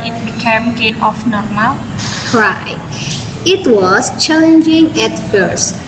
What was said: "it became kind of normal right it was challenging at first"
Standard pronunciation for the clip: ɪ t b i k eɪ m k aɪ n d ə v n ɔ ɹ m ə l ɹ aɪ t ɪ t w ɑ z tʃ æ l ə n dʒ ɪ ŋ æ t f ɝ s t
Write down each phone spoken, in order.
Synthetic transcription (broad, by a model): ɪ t b i k eɪ m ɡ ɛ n ə f n ɔ ɹ m ə l ɹ aɪ t ɪ t w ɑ s tʃ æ l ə n dʒ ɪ ŋ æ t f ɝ s